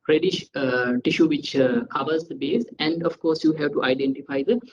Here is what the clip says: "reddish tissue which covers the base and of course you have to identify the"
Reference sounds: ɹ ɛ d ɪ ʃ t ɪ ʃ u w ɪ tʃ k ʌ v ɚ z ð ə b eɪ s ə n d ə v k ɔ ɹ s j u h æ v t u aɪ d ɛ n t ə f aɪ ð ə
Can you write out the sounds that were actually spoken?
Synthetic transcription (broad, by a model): ɹ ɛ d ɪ ʃ t ɪ ʃ u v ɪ tʃ k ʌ v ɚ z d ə b eɪ s ə n d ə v k ɔ ɹ s j u h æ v t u aɪ d ɛ n t ə f aɪ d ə